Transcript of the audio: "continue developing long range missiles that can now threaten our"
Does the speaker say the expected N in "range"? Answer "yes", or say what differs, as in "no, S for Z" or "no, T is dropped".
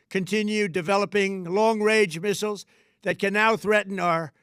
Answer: no, N is dropped